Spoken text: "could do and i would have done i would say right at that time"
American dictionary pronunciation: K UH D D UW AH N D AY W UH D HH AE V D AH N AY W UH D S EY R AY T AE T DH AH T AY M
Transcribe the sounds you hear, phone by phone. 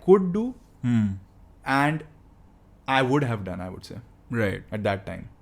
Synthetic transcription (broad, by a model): K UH D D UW AH N D AY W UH D HH AE V D AH N AY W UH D S EY R AY T AE T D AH T AY M